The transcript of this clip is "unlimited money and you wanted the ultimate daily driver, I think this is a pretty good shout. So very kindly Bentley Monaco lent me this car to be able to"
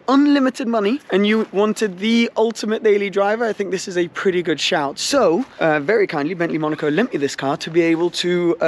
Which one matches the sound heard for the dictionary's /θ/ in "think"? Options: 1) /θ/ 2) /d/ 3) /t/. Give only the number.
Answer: 1